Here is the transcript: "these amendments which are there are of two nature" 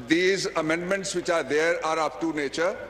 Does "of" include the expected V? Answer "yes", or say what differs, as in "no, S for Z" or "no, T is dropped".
no, P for V